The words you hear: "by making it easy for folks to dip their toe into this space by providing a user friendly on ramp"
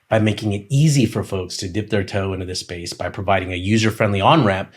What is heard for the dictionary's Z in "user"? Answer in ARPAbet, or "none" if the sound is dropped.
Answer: Z